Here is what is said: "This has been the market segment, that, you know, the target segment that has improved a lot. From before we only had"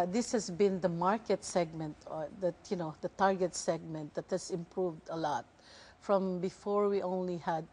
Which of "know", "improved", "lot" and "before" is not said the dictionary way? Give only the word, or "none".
none